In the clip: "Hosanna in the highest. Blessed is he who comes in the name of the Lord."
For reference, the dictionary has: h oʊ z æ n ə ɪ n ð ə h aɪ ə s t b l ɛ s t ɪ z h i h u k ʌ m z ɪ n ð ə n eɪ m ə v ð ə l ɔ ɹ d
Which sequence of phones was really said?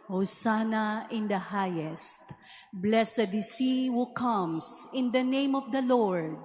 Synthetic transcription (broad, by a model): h oʊ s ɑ n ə ɪ n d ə h aɪ ə s t b l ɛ s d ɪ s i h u k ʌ m s ɪ n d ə n eɪ m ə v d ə l ɔ ɹ d